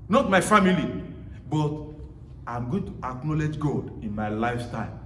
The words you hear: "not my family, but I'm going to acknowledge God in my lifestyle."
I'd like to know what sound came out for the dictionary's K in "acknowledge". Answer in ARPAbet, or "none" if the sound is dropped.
K